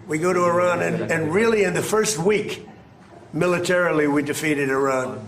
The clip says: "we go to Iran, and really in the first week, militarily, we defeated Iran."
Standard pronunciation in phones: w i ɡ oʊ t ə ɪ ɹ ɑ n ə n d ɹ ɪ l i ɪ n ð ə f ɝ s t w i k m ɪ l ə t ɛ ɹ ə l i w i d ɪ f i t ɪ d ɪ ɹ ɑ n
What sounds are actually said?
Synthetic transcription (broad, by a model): w i ɡ oʊ t ə ɪ ɹ ɑ n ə n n ɹ ɪ l i ɪ n ð ə f ɝ s t w i k m ɪ l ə t ɛ ɹ l i w i d ɪ f i t ɪ d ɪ ɹ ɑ n